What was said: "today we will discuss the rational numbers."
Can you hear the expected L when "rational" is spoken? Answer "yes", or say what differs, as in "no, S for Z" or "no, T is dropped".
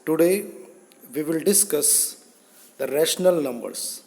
yes